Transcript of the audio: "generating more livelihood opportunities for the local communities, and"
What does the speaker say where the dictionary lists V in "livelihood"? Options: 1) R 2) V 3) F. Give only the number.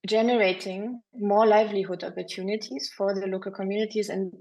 2